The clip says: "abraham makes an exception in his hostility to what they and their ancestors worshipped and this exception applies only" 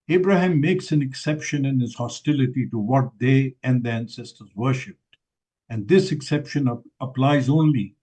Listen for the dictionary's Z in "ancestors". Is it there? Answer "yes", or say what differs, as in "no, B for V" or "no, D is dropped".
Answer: yes